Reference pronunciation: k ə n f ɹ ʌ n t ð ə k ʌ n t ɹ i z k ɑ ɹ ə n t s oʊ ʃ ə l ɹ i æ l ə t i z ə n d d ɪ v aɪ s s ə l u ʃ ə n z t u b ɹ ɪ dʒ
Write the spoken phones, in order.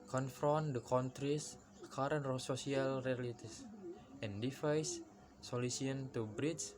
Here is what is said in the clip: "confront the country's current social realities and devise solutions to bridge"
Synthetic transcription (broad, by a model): k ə n f ɹ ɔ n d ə k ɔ n t ɹ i s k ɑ ɹ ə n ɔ s oʊ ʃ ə l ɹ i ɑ l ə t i s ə n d d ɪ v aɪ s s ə l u s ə n t u b ɹ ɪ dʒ